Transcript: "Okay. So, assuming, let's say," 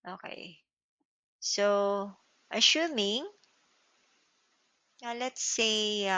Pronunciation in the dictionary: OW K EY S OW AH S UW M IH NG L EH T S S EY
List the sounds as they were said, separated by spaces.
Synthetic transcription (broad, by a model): OW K EY S OW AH SH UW M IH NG L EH T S S EY